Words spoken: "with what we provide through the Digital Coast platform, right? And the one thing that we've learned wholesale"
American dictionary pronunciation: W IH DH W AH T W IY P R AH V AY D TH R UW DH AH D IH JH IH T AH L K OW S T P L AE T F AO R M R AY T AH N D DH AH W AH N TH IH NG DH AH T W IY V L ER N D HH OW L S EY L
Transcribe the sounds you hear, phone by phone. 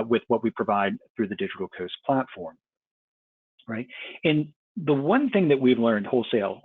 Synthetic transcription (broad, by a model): W IH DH W AH T W IY P R AH V AY D TH R UW DH AH D IH JH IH T L K OW S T P L AE T F AO R M R AY T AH N DH AH W AH N TH IH NG DH AH T W IY V L ER N D HH OW L S EY L